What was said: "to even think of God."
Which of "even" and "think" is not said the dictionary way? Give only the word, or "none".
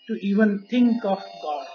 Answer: think